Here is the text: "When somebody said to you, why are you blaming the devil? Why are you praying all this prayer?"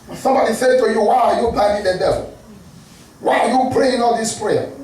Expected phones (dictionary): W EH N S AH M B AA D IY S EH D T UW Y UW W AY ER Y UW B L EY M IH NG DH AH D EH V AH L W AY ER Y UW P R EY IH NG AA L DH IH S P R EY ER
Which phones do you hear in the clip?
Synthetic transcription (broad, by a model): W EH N S AH M B AA D IY S EH D T UW Y UW W AY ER Y UW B EY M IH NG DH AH D EH V AH L W AY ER Y UW P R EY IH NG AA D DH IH S P R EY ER